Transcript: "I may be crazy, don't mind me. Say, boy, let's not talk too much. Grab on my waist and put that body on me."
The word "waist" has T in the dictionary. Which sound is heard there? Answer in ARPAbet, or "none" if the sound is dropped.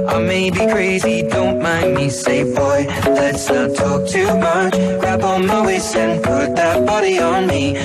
none